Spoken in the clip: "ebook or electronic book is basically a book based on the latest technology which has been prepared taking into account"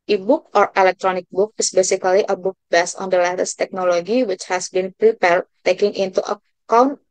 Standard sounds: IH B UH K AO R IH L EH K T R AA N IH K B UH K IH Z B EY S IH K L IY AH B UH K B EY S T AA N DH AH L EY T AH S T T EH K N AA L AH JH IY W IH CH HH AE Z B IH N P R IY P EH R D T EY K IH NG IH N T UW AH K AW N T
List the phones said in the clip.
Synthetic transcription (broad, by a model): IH B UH K AO R IH L EH K T R AA N IH K B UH K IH S B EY S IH K L IY AH B UH K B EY S AA N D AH L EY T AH S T T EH K N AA L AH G IY W IH CH HH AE S B IH N P R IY P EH R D T EY K IH NG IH N T UW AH K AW N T